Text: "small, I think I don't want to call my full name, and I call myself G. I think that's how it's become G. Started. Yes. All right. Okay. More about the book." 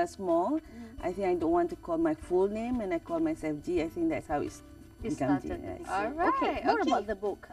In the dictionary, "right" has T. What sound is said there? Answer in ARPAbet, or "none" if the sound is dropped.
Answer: none